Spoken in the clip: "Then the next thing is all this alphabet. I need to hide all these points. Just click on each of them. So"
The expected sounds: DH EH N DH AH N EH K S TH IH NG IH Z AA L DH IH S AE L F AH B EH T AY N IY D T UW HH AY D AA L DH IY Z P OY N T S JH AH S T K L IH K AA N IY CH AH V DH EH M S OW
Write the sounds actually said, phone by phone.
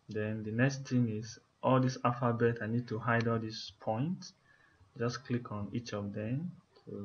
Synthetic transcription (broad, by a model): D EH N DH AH N EH K S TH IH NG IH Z AA L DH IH S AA F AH B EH T AY N IY D T UW HH AY D AA L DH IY S P OY N T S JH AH S K L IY K AA N IY CH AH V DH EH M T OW